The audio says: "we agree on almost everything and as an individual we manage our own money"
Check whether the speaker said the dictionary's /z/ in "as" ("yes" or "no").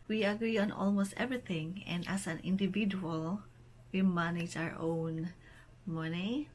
no